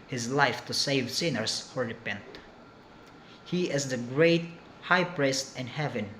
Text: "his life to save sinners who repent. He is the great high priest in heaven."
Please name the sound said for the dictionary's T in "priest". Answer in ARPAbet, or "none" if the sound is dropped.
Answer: T